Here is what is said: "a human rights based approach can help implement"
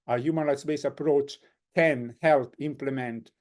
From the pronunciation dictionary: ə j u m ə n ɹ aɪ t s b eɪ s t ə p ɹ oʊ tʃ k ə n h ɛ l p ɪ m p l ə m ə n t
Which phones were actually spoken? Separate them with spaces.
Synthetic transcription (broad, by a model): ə j u m ə n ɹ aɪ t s b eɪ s ə p ɹ oʊ tʃ k ə n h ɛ l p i m p l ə m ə n t